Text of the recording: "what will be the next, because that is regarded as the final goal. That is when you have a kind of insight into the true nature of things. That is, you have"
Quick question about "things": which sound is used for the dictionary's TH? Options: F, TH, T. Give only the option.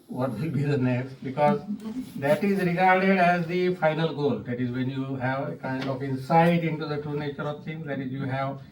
T